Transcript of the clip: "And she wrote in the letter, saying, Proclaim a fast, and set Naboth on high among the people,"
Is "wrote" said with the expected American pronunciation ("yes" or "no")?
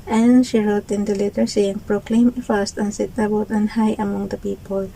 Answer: yes